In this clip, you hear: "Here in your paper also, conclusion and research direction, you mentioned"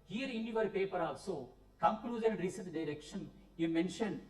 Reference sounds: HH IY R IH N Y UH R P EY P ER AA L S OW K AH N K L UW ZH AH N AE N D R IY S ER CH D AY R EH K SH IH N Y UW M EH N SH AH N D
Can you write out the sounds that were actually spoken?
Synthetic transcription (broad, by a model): HH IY R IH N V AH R P EY P ER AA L S OW K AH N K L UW Z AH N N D R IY S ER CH D AY R EH K SH IH N Y UW M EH N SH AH N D